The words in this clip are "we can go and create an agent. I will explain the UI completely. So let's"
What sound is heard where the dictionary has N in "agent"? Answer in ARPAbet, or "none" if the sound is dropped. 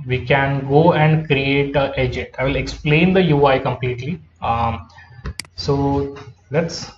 none